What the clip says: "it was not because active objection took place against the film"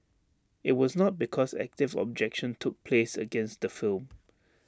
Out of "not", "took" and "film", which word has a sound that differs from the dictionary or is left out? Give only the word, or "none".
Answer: none